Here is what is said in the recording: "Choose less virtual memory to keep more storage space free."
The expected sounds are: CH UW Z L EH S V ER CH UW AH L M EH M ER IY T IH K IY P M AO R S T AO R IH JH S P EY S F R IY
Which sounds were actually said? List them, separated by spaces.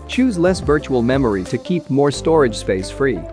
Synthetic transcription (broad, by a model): CH UW Z L EH S V ER CH UW AH L M EH M ER IY T IH K IY P M AO R S T AO R IH JH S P EY S F R IY